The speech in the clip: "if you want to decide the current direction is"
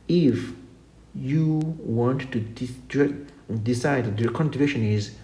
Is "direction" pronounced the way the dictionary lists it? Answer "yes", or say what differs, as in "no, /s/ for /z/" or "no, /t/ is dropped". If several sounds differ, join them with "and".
no, /k/ is dropped